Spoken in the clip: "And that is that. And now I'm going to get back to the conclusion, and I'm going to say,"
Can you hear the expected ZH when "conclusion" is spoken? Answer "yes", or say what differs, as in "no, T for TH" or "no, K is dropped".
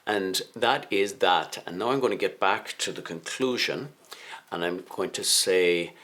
yes